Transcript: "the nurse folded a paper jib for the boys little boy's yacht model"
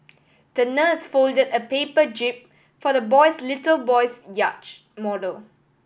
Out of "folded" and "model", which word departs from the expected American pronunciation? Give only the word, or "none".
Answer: none